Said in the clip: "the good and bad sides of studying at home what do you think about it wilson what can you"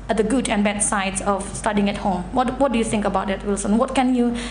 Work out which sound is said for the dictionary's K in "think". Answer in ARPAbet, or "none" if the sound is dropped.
K